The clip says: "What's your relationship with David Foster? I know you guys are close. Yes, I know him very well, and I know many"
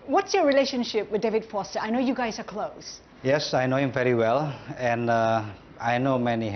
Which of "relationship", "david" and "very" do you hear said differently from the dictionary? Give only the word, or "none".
none